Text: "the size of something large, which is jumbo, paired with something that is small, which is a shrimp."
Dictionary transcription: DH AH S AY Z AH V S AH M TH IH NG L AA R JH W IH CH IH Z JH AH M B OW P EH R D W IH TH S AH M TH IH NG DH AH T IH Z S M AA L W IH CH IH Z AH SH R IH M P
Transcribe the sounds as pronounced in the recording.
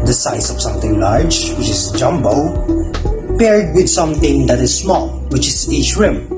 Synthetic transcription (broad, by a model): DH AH S AY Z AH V S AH M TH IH NG L AA R JH W IH CH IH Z JH AH M B OW P EH R D W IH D S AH M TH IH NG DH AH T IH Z S M AA L W IH CH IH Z AH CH R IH M